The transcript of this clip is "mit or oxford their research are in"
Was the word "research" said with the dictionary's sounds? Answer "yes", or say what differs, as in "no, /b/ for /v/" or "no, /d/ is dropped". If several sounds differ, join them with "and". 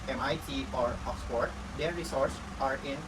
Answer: no, /s/ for /tʃ/